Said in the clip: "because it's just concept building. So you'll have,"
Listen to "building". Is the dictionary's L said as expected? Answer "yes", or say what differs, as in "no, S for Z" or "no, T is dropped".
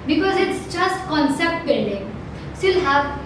no, N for L